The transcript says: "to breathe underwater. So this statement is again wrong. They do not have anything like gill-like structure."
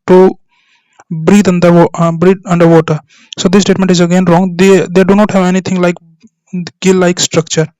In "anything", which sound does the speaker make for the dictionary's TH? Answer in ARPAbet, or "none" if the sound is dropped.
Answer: T